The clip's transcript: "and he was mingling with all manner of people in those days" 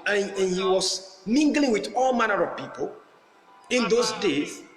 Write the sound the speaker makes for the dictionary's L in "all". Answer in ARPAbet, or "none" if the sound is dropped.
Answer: L